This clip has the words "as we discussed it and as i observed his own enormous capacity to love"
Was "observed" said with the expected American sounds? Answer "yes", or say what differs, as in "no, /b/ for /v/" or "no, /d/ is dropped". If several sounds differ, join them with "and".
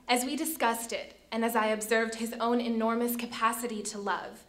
yes